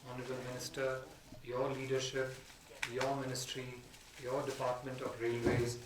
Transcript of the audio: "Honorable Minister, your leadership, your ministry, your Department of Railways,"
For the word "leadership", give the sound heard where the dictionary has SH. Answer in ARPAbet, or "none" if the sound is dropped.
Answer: SH